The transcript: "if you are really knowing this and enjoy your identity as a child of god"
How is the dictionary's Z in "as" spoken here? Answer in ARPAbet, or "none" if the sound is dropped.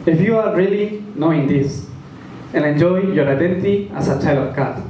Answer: S